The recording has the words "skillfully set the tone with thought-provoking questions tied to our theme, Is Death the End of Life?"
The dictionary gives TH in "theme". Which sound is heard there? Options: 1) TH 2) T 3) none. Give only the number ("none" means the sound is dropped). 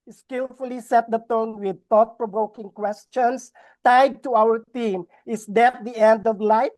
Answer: 2